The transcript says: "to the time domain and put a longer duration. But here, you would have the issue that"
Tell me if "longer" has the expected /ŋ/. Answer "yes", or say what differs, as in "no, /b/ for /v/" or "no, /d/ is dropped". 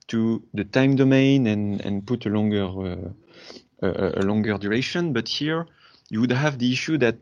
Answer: yes